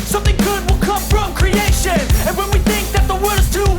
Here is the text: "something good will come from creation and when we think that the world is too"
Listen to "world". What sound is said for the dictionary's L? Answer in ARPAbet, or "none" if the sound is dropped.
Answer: none